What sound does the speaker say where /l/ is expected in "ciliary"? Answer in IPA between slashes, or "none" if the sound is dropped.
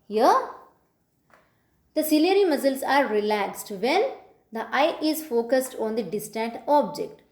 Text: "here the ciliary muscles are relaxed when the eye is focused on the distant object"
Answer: /l/